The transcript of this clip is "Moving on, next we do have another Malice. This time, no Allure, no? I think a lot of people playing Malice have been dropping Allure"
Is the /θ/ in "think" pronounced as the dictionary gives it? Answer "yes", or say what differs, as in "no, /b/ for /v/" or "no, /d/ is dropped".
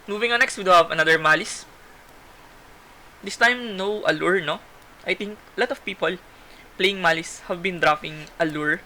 no, /t/ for /θ/